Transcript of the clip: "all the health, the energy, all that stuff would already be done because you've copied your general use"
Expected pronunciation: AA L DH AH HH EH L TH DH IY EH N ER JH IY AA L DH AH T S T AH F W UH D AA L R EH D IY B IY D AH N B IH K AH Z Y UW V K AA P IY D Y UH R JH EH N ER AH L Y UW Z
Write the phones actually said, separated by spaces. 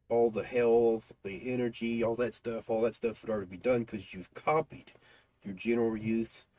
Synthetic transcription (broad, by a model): AA L DH AH HH EH L TH DH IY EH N ER JH IY AA L DH AH T S T AH F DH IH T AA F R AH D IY B IY D AH N K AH Z Y UW V K AA P IY D Y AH R JH EH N ER L Y UW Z